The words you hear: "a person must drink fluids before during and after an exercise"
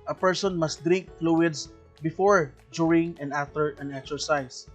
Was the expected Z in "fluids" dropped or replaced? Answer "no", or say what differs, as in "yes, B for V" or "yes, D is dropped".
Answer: yes, S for Z